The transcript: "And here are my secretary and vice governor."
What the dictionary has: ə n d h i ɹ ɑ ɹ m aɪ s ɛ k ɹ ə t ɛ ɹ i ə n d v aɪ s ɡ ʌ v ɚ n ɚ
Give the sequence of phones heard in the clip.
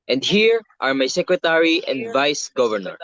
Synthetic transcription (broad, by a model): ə n d h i ɹ ɑ ɹ m aɪ s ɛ k ɹ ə t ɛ ɹ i ə n d v aɪ s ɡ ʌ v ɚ n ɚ